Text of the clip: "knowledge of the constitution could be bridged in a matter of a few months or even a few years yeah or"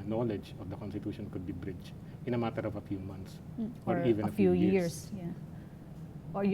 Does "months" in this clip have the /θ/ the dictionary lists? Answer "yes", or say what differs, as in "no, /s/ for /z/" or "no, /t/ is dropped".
no, /t/ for /θ/